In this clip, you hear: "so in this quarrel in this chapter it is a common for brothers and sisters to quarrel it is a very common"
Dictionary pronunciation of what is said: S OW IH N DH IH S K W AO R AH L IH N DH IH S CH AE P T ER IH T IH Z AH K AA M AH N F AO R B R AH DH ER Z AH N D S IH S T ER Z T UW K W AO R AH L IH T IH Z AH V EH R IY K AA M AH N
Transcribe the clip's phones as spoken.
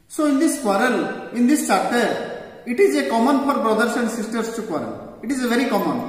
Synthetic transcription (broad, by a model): S OW IH N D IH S K W AO R AH L IH N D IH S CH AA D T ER IH T IH Z AH K AA M AH N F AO R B R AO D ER S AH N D S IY S T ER S T UW K W AO R AH L IH T IH Z AH V EH R IY K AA M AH N